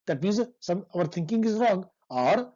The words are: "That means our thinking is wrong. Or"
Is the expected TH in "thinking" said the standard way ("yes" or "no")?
no